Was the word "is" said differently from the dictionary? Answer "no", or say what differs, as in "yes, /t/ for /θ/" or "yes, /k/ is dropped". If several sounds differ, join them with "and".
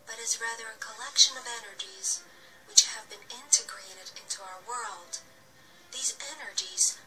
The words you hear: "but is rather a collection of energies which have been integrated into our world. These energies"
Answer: no